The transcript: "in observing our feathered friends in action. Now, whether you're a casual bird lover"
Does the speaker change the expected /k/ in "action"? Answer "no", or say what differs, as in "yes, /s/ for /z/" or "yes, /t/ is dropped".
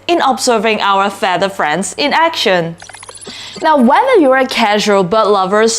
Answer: no